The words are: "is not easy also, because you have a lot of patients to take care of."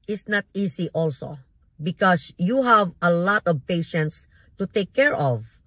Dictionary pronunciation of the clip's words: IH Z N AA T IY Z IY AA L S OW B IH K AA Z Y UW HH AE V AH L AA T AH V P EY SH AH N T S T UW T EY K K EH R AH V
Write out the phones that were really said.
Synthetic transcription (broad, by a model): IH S N AA T IY S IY AA L S OW B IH K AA S Y UW HH AE V AH L AA T AH V P EY SH AH N T S T UW T EY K K EH R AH V